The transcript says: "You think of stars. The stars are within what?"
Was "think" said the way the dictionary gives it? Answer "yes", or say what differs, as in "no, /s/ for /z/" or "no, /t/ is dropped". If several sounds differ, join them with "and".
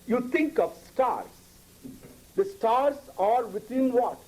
no, /t/ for /θ/